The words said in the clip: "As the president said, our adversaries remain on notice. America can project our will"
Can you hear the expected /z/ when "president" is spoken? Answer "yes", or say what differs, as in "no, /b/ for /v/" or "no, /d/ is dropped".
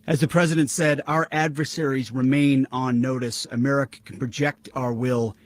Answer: yes